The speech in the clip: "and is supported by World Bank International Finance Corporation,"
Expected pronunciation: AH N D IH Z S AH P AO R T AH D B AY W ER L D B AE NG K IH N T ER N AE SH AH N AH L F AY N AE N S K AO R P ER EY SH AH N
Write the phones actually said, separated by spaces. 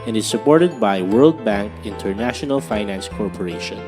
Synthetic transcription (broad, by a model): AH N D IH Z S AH P AO R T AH D B AY W ER L D B AE NG K IH N T ER N AE SH AH N AH L F AY N AE N S K AO R P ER EY SH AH N